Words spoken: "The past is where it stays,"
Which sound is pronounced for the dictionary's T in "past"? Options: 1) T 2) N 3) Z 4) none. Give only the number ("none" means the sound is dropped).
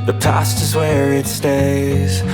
1